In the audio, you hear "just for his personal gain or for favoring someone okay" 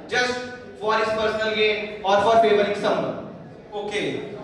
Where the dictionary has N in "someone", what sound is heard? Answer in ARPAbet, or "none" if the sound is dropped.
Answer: none